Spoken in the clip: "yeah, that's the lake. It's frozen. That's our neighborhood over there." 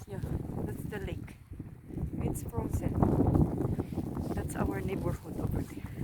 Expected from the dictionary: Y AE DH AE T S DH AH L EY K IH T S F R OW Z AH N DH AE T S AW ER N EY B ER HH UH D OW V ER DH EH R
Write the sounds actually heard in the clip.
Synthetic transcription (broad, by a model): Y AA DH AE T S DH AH L EY K IH T S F R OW S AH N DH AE T S AW ER N EY B ER HH UH D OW P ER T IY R